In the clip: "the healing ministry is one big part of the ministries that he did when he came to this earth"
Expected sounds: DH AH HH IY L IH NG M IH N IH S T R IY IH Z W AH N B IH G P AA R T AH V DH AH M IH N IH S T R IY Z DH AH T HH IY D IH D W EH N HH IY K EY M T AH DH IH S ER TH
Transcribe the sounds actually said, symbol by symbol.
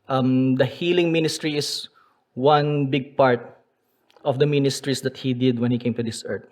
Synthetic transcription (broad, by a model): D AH HH IY L IH NG M IH N IH S T R IY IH S W AH N B IH G P AA R T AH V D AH M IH N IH S T R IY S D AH T HH IY D IH D W EH N HH IY K EY M T AH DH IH S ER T